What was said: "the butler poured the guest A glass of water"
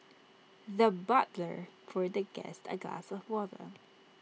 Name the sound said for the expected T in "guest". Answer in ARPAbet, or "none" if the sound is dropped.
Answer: T